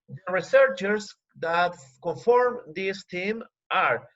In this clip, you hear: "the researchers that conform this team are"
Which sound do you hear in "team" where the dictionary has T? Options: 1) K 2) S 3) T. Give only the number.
3